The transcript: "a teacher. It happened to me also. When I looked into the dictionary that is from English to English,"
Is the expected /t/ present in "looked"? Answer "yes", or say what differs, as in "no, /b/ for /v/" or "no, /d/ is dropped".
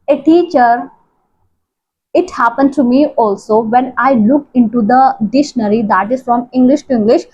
no, /t/ is dropped